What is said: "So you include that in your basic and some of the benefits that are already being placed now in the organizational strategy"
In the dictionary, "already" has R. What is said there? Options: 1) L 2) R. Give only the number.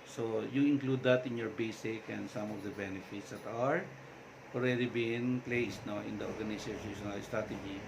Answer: 1